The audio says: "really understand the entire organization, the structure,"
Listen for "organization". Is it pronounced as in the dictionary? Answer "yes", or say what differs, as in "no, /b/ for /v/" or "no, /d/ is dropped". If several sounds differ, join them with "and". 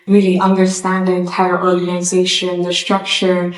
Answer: yes